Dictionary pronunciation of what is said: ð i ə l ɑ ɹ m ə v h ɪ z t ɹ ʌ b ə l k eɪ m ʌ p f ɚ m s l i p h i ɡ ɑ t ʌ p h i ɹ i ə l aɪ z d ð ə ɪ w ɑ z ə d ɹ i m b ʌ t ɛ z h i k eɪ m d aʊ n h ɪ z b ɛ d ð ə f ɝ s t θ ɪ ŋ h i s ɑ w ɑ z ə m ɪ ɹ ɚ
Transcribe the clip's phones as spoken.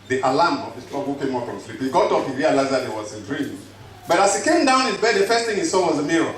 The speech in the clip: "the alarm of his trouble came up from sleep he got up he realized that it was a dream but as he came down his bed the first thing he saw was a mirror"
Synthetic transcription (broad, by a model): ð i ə l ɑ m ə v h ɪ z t l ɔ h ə k eɪ m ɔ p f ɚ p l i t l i ɡ ɑ t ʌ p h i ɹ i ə l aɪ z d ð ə ɪ w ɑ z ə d ɹ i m b ʌ t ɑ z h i k eɪ m d aʊ n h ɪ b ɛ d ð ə f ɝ s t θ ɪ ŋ h i s ɑ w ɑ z ə m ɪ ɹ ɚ